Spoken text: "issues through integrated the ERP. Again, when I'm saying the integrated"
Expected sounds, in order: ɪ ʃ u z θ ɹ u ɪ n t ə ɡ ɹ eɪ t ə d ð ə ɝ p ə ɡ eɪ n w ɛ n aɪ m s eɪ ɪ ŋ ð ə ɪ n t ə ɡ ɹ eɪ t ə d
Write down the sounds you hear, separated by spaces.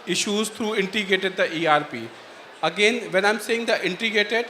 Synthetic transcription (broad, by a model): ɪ ʃ u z t ɹ u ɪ n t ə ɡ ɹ eɪ t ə d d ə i p ə ɡ eɪ n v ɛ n aɪ m s eɪ ɪ ŋ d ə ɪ n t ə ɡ ɹ eɪ t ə d